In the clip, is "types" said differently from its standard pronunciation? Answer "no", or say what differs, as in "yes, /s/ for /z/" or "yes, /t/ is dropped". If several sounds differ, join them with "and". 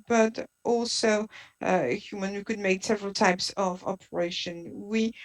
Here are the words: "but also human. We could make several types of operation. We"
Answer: no